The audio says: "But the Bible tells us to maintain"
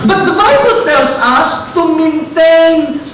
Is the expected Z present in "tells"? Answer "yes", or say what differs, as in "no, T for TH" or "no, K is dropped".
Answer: no, S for Z